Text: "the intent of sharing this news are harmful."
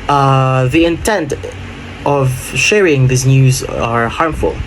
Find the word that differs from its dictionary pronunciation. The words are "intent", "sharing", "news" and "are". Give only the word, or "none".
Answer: none